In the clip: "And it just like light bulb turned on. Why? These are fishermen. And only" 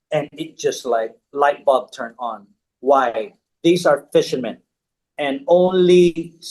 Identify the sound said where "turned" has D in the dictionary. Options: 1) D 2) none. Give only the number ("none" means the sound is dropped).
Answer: 2